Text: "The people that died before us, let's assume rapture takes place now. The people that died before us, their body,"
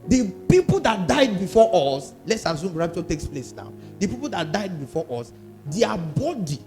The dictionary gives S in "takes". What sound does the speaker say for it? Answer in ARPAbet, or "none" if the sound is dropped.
S